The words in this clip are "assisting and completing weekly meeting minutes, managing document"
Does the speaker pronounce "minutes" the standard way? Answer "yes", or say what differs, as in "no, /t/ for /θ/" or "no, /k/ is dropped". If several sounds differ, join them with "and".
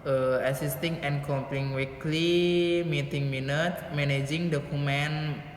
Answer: no, /s/ is dropped